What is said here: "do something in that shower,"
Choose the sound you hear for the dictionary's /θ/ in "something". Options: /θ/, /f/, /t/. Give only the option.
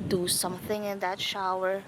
/θ/